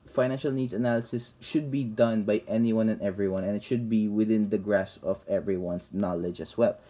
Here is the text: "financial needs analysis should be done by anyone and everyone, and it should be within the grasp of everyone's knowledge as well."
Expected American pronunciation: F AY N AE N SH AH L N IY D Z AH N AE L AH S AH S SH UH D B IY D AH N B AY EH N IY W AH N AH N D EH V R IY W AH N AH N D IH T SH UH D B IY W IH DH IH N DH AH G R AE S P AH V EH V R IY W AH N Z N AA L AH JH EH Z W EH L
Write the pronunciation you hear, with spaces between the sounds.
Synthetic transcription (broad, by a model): F AY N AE N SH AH L N IY D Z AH N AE L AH S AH S SH UH D B IY D AH N B AY EH N IY W AH N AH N EH V R IY W AH N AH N IH T SH UH D B IY W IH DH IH N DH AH G R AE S AH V EH V R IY W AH N S N AA L AH JH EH S W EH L